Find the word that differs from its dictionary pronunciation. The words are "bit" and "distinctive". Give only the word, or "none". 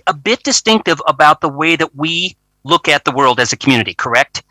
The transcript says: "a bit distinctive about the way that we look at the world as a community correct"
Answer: none